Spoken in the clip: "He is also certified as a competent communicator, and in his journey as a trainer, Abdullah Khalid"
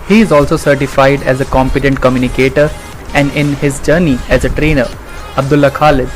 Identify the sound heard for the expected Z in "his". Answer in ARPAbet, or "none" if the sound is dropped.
Z